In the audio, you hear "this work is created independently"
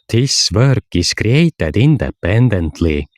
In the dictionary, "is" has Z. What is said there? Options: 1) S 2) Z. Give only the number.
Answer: 1